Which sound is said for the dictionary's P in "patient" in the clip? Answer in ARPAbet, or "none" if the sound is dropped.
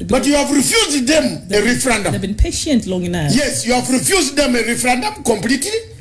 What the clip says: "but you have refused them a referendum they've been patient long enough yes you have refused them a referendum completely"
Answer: P